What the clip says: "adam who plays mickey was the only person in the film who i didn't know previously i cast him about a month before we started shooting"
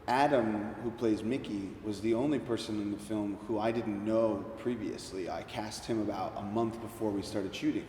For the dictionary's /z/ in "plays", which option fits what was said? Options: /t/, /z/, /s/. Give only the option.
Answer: /z/